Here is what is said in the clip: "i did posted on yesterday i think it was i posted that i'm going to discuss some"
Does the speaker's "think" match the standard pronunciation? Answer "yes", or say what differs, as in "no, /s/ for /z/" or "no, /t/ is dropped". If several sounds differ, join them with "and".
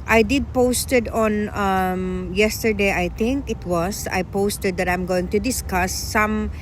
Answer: no, /t/ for /θ/